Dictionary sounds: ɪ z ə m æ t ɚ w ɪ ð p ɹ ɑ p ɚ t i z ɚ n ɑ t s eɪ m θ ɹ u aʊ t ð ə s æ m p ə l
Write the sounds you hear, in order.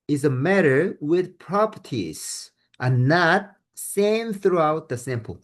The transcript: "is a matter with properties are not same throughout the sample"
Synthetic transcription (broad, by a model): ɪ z ə m æ t ɚ w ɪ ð p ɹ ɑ p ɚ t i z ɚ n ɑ t s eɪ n θ ɹ u aʊ t ð ə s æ m p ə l